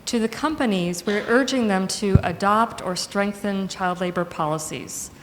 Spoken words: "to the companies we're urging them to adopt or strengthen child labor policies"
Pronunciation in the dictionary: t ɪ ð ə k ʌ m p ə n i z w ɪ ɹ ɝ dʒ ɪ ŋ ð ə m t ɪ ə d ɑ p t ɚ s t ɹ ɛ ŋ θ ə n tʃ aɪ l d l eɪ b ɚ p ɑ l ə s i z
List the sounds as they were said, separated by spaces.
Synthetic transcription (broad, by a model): t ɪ ð ə k ʌ m p ə n i z w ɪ ɹ ɝ dʒ ɪ ŋ ð ə m t ɪ ə d ɑ p t ɚ s t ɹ ɛ ŋ θ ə n tʃ aɪ l d l eɪ b ɚ p ɑ l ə s i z